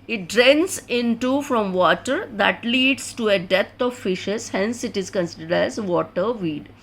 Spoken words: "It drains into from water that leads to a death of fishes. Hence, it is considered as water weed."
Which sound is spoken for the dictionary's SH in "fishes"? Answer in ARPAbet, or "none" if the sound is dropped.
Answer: SH